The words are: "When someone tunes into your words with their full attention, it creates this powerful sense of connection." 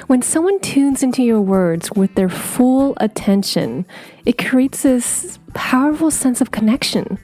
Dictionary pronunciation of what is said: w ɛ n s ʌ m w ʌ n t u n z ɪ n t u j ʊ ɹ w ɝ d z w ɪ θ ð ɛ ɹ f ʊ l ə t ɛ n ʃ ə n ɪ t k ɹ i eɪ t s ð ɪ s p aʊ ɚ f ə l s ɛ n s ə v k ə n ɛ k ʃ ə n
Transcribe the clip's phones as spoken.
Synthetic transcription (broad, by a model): w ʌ n s ʌ m w ʌ n t u n z ɪ n t u j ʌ ɹ w ɝ d z w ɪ ð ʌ ɹ f ʊ l ə t ɛ n ʃ ə n ɪ t k ɹ i eɪ t s ð ɪ s p aʊ ɚ f l s ɛ n s ə v k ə n ɛ k ʃ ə n